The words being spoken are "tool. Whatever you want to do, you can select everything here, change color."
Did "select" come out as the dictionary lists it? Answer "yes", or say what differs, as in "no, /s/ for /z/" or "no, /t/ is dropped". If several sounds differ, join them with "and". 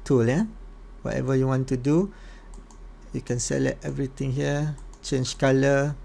no, /k/ is dropped